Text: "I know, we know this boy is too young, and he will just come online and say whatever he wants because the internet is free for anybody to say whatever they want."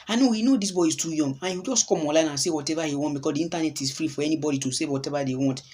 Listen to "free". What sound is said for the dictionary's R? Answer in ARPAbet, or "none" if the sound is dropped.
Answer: R